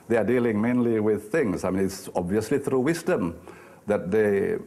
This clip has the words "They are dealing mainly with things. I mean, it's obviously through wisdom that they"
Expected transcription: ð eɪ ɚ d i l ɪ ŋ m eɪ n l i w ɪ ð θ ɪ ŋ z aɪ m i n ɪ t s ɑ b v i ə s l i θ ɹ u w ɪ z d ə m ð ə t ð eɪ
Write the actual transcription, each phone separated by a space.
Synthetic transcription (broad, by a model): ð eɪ ɚ d i l ɪ ŋ m eɪ n l i w ɪ ð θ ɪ ŋ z aɪ m i n ɪ t s ɑ b v i ə s l i θ ɹ u w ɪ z d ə m ð ə t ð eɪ